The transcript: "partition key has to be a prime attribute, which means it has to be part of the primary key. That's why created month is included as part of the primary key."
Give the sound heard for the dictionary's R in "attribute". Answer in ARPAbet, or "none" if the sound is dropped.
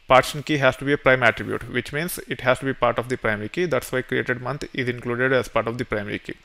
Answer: R